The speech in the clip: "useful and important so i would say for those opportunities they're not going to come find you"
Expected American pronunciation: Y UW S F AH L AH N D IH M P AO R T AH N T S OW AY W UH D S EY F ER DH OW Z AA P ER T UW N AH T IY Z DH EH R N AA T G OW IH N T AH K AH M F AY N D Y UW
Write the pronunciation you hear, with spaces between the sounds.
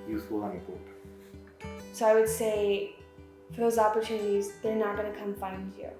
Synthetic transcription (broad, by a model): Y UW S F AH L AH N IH P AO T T S OW AY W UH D S EY F ER DH OW Z AA P ER T UW N AH T IY Z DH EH R N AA T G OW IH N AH K AH M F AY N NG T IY